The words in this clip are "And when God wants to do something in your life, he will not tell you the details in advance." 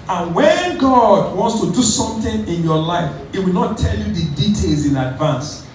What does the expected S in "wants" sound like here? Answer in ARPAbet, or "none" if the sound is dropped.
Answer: S